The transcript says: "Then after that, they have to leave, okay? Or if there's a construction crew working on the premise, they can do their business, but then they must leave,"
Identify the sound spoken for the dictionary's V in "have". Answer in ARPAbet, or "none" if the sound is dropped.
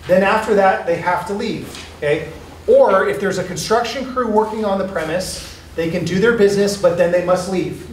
F